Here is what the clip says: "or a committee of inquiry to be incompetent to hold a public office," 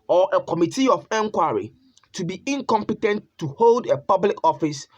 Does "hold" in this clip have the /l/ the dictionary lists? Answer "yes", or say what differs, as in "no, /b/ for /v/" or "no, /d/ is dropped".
yes